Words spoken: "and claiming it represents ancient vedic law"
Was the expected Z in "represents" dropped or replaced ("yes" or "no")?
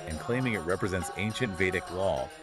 no